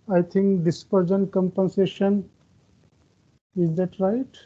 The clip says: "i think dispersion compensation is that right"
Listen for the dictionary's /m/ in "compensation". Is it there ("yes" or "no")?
yes